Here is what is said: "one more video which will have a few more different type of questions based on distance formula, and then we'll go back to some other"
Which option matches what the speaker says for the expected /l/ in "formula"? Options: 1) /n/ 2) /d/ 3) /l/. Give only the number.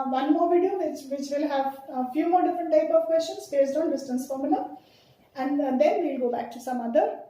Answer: 1